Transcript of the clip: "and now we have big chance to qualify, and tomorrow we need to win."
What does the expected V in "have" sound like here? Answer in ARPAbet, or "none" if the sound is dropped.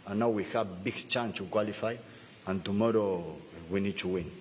B